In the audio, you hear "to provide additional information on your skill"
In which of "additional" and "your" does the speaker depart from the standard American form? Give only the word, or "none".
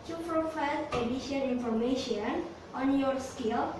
additional